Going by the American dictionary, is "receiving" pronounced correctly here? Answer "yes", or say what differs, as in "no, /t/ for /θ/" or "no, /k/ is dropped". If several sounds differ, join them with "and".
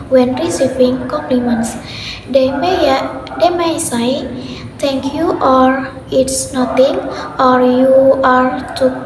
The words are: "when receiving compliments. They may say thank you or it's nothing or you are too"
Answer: no, /p/ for /v/